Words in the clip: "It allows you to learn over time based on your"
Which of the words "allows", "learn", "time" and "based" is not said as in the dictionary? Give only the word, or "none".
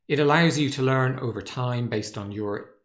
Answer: none